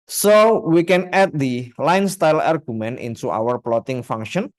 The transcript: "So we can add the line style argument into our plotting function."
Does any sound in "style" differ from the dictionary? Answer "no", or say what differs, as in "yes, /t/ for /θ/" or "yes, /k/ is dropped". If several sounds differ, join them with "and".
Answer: no